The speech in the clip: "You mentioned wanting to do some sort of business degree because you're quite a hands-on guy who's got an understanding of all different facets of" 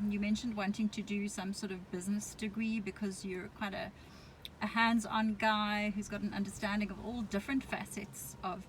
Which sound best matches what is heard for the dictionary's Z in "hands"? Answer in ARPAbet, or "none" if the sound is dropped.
Z